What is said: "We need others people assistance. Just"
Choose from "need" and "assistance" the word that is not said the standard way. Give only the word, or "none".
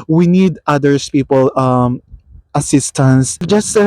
none